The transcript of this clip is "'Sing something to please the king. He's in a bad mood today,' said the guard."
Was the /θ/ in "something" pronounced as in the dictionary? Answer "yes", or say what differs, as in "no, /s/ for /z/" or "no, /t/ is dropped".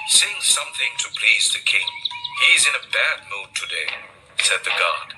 yes